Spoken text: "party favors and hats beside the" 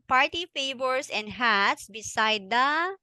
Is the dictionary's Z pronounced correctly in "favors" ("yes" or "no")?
no